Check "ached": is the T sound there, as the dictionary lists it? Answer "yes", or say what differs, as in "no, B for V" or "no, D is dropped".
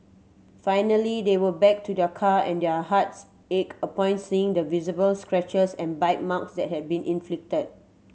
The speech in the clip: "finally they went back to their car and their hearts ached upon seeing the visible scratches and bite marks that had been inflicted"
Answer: no, T is dropped